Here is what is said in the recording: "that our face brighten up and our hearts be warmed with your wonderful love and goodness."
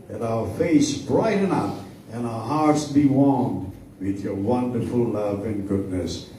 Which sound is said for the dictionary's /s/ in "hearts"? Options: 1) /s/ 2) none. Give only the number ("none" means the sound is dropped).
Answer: 1